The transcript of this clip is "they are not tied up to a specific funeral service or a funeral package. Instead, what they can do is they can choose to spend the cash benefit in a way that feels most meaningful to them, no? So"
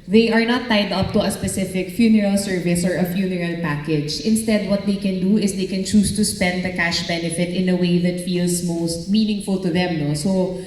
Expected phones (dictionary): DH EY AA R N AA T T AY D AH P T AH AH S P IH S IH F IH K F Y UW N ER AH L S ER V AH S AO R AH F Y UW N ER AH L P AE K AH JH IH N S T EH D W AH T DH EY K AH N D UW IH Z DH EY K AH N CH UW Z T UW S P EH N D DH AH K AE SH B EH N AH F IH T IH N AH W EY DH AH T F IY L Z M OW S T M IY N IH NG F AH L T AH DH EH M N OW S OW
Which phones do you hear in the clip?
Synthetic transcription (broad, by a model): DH EY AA R N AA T T AY D AH P T AH AH S P IH S IH F IH K F Y UW N ER AH L S ER V AH S AO R AH F Y UW N ER AH L P AE K AH JH IH N S T EH D W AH T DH EY K AH N D UW IH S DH EY K AH N CH UW S T UW S P EH N D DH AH K AE SH B EH N AH F IH T IH N AH W EY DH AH T F IY L S M OW S T M IY N IH NG F AH L T AH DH EH M N OW S OW